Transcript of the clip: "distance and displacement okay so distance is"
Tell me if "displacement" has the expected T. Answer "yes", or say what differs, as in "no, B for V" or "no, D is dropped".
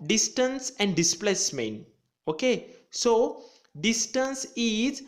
no, T is dropped